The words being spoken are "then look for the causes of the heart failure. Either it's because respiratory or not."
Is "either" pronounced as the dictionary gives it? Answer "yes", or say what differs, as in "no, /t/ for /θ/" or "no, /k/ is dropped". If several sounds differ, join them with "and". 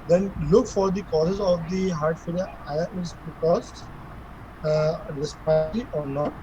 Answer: no, /ð/ is dropped